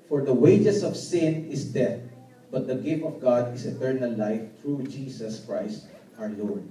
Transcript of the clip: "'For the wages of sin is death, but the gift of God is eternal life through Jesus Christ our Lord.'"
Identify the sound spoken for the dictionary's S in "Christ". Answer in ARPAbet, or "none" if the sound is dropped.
S